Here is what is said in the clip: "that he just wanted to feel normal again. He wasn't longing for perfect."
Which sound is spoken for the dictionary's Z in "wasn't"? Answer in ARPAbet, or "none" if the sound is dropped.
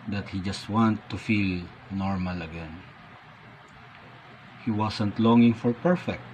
S